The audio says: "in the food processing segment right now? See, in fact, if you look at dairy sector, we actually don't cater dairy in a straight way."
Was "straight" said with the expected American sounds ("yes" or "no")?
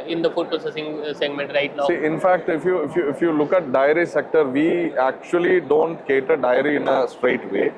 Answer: yes